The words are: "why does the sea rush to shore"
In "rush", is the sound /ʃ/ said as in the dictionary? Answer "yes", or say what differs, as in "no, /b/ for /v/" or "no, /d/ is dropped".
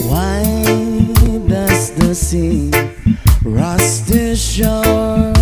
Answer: no, /s/ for /ʃ/